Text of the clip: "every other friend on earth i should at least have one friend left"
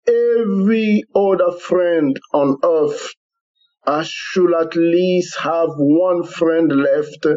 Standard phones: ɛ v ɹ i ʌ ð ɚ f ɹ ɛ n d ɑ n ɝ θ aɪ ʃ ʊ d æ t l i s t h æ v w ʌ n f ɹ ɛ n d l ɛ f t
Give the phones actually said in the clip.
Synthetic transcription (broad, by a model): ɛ v ɹ i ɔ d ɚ f ɹ ɛ n d ɑ n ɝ f aɪ ʃ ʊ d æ t l i s t h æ v w ʌ n f ɹ ɛ n d l ɛ f t